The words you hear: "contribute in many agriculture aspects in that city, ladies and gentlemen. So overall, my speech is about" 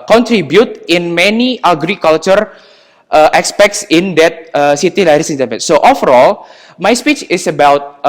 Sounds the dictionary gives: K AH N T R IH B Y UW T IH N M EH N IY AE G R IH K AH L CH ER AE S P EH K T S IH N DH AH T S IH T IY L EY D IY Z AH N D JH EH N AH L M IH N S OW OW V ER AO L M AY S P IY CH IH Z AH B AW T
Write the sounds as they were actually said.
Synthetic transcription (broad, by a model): K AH N T R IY B Y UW T IH N M EH N IY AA G R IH K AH L CH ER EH S P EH K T S IH N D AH T S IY T IY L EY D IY S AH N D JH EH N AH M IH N S OW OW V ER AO L M AY S P IY CH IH S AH B AW T